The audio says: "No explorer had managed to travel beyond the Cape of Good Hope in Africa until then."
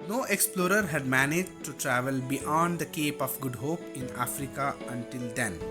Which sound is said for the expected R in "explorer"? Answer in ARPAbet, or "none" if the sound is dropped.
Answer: R